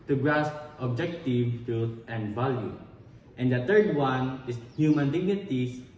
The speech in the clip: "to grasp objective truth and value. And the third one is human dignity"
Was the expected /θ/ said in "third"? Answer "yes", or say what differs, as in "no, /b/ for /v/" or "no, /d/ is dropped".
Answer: no, /t/ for /θ/